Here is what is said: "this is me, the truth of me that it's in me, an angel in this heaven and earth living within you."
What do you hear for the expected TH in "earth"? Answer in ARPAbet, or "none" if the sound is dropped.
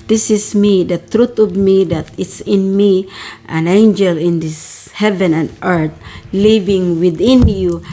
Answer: T